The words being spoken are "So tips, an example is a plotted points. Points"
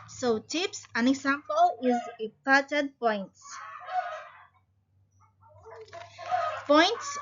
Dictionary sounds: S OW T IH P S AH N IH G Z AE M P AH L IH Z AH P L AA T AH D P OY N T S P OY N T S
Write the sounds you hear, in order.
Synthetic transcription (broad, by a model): S OW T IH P S AH N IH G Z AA M P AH L IH Z AH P AA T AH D P OY N T S P OY N T S